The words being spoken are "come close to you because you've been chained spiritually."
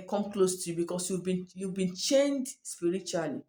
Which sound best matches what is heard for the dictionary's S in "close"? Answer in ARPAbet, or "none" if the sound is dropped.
S